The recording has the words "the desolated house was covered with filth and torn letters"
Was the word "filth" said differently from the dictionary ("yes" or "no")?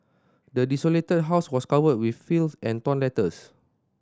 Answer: yes